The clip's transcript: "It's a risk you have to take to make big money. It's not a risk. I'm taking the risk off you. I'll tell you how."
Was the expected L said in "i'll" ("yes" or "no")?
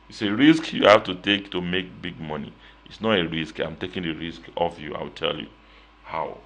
no